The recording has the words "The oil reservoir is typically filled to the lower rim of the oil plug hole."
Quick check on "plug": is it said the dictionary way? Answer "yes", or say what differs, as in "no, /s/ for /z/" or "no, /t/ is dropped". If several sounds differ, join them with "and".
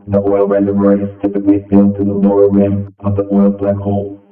no, /b/ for /p/